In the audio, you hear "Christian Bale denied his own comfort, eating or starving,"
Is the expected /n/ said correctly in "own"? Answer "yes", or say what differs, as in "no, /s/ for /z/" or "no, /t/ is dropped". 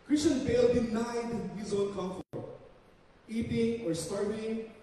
no, /l/ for /n/